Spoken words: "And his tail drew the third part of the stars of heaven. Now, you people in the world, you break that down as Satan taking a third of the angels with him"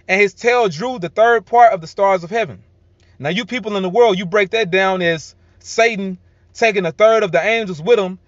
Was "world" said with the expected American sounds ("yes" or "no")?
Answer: yes